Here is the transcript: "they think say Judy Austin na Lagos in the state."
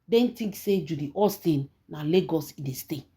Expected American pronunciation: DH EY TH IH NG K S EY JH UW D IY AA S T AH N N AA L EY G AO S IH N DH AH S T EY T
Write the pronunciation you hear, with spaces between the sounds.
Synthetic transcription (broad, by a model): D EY T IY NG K S EY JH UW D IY AA S T AH N N AA L EY G AO S IH N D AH S T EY